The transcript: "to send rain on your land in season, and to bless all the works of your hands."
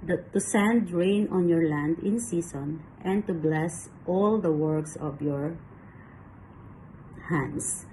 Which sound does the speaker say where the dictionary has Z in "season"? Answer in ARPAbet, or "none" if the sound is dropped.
S